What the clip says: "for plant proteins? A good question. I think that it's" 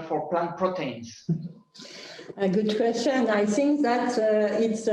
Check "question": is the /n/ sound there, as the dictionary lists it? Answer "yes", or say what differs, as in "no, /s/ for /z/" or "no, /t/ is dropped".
yes